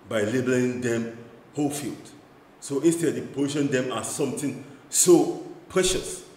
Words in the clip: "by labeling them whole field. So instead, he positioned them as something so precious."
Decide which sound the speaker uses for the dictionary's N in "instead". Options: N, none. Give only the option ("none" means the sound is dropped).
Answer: N